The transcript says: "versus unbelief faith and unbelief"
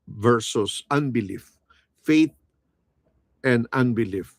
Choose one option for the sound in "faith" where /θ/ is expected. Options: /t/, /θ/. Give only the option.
/t/